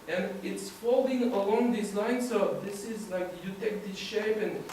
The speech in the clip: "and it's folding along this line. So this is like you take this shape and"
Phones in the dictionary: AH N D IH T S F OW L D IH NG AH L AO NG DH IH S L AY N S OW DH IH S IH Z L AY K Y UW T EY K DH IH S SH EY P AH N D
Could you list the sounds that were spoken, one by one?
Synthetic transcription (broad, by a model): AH N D IH T S F OW L D IH NG AH L AO NG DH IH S L AY N S OW DH IH S IH Z L AY K Y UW T EY K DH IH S SH EY P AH N